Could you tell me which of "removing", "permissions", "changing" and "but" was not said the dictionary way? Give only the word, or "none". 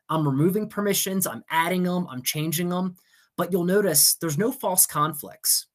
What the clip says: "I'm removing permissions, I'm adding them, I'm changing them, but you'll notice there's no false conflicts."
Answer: none